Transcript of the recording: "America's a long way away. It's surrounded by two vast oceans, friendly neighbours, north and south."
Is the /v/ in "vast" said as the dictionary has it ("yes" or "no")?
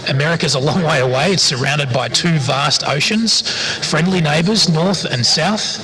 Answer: yes